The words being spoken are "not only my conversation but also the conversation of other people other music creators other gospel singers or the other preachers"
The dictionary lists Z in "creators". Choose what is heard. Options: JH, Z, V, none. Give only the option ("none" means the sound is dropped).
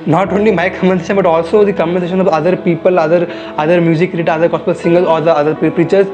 none